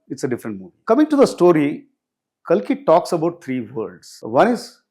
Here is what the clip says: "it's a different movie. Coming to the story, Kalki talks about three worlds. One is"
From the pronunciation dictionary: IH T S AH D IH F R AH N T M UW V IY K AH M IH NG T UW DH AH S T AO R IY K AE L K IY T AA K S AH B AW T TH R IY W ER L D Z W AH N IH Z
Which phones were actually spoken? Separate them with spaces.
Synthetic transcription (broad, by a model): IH T S AH D IH F R AH N T M UW V IY K AH M IH NG T UW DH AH S T AO R IY K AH L K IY T AA K S AH B AW T T R IY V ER D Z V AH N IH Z